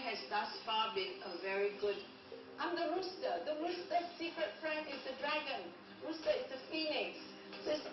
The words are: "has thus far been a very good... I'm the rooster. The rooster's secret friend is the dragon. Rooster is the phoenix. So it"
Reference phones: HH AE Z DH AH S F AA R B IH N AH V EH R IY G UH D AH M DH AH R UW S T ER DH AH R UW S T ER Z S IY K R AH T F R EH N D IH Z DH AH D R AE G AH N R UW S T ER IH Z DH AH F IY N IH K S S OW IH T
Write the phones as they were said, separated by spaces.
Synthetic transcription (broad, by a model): HH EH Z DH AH S F AA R B IH N AH V EH R IY G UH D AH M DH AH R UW S T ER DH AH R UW S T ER S IY K R AH T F R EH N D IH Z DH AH D R AE G AH N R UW S T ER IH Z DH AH F IY N IH K S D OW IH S